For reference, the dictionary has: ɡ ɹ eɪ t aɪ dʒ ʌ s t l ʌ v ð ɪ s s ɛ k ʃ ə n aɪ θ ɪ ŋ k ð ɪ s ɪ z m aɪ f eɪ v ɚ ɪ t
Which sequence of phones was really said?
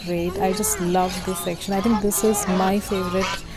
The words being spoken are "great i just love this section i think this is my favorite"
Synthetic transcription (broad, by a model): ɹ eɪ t aɪ dʒ ʌ s t l ʌ v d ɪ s s ɛ k ʃ ə n aɪ t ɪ ŋ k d ɪ s ɪ z m aɪ f eɪ v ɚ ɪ t